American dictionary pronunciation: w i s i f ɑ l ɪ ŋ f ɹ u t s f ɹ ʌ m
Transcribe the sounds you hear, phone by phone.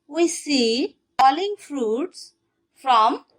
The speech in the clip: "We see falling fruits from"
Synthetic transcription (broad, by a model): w i s i p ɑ l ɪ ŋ f ɹ u t s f ɹ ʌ m